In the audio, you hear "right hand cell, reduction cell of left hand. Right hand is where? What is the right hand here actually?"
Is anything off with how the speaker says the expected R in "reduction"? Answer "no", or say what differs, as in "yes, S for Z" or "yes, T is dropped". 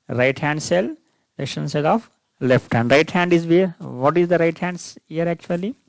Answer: yes, L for R